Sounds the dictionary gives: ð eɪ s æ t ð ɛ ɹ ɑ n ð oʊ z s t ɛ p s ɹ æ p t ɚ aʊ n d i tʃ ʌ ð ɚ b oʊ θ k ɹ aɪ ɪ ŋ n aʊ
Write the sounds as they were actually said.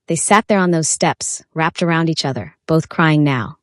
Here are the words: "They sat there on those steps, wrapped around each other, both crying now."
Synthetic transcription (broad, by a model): ð eɪ s æ t ð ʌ ɹ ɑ n ð oʊ z s t ɛ p s ɹ æ p t ɚ aʊ n d i tʃ ʌ ð ɚ b oʊ θ k ɹ aɪ ɪ ŋ n aʊ